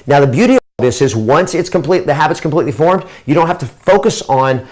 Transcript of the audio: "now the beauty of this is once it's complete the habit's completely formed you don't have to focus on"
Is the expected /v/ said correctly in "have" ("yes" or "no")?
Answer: no